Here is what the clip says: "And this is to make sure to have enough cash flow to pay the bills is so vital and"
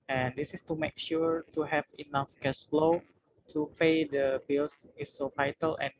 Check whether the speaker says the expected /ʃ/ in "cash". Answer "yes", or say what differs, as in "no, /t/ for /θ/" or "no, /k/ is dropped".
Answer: no, /s/ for /ʃ/